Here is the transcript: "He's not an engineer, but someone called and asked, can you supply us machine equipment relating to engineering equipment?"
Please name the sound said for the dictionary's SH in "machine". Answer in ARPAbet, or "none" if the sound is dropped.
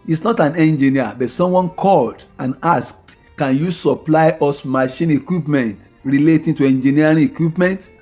SH